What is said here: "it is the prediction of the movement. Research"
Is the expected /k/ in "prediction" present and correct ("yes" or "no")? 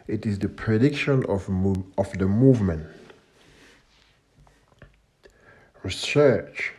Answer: yes